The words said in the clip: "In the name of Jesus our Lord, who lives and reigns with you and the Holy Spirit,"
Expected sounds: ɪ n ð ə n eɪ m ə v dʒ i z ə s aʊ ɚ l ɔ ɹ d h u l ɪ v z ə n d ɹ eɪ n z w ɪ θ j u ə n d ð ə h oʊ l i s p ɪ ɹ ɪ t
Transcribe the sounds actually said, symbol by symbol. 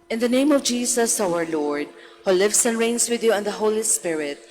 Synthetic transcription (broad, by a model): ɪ n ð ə n eɪ m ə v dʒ i s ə s aʊ ɚ l ɔ ɹ d h u l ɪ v s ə n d ɹ eɪ n s w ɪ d j u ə n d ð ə h oʊ l i s p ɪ ɹ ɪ t